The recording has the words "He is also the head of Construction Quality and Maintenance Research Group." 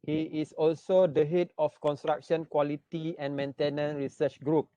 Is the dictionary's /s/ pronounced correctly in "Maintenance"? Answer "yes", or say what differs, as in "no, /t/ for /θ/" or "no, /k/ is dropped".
no, /s/ is dropped